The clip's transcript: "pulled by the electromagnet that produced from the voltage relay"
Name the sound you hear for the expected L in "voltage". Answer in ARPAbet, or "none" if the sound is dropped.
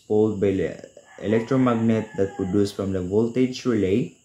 L